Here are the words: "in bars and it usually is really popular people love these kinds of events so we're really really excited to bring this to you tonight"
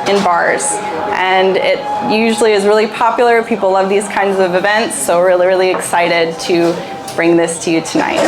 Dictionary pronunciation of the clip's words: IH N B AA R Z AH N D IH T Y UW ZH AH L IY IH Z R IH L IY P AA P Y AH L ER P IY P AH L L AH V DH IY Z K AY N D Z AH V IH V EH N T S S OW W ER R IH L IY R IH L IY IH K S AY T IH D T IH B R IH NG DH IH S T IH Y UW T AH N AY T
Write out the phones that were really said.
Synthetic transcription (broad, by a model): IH N B AA R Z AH N IH T Y UW ZH L IY IH Z R IH L IY P AA P Y L ER P IY P L L AH V DH IY Z K AY N D Z AH V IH V EH N T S S OW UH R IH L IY R IH L IY IH K S AY T IH D T IH B R IH NG DH IH S T IH Y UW T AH N AY T